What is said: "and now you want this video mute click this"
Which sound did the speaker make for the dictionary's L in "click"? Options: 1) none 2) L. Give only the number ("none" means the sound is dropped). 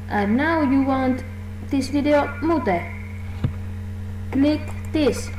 2